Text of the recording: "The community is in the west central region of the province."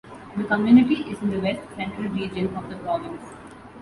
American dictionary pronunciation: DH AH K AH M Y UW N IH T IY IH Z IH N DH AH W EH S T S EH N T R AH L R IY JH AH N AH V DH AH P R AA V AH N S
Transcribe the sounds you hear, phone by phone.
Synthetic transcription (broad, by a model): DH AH K AH M Y UW N IH T IY IH Z IH N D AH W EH S T S EH N T R AH L R IY JH AH N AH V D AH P R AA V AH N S